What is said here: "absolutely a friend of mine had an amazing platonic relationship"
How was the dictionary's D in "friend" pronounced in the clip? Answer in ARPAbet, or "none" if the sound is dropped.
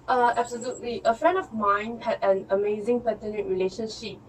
D